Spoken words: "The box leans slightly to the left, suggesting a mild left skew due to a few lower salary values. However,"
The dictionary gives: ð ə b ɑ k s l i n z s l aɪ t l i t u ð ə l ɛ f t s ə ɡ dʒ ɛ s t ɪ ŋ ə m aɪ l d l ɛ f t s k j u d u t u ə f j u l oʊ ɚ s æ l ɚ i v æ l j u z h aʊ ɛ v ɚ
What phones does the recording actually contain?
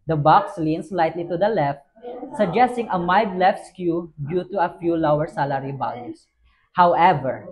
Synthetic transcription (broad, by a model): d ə b ɑ k s l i n s l aɪ t l i t u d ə l ɛ f t s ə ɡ dʒ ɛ s t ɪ ŋ ə m aɪ d l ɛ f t s k j u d u t u ə f j u l oʊ ɚ s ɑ l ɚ i b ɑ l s h aʊ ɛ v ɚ